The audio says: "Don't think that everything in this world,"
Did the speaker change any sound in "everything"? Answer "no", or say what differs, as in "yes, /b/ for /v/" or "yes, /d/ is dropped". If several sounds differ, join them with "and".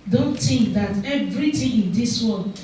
yes, /t/ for /θ/